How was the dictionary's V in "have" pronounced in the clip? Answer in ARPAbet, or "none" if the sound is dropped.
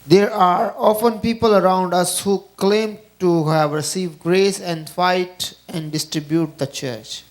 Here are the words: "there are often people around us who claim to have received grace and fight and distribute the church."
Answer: V